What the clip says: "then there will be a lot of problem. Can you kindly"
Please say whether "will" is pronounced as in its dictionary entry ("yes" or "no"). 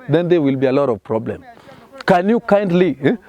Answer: yes